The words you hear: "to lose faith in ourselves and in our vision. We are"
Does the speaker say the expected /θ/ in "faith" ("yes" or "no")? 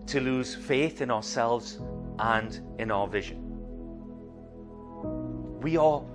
yes